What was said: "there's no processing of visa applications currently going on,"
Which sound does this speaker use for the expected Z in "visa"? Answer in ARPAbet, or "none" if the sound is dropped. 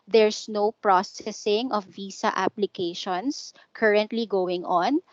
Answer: S